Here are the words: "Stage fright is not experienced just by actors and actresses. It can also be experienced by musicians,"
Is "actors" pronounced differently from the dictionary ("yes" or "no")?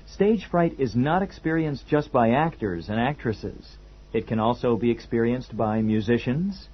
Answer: no